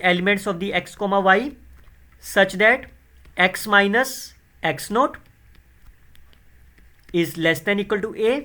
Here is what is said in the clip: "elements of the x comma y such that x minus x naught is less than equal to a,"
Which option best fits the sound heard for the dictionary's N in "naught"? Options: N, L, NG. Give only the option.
N